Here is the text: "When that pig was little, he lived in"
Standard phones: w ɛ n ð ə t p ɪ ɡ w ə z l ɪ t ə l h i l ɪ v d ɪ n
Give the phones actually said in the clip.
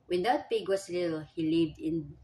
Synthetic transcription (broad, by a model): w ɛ n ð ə t p ɪ ɡ w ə s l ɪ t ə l h i l ɪ v d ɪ n